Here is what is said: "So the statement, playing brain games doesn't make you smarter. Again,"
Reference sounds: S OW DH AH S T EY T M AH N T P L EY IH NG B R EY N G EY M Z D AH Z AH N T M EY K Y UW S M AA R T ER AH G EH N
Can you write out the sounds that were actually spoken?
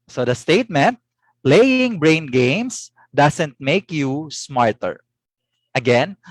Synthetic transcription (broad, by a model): S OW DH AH S T EY T M AH N T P L EY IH NG B R EY N G EY M S D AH S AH N T M EY K Y UW S M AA R T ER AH G EH N